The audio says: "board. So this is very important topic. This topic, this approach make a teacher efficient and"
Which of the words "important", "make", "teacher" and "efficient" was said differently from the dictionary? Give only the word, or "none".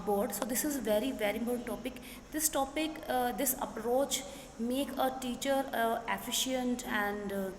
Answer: important